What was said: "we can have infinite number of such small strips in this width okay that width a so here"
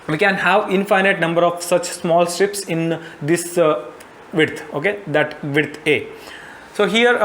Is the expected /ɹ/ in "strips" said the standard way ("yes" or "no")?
yes